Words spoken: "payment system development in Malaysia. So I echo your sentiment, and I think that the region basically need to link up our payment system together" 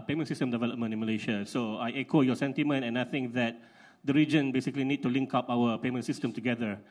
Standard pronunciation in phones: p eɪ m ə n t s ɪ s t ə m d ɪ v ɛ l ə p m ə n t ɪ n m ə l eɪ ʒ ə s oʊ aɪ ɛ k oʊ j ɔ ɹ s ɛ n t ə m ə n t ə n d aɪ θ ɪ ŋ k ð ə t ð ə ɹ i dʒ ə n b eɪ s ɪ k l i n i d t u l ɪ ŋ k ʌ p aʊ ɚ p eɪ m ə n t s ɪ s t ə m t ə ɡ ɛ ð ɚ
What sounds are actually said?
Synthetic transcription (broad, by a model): p eɪ m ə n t s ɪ s t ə m d ɪ v ɛ l ə p m ə n t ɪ m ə l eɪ ʃ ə s oʊ aɪ ɛ k oʊ j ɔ s ɛ n t ə m ə n t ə n aɪ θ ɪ ŋ k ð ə t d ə ɹ i dʒ ə n b eɪ s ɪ k l i n i d t u l ɪ ŋ k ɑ p aʊ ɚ p eɪ m ə n t s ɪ s t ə m t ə ɡ ɛ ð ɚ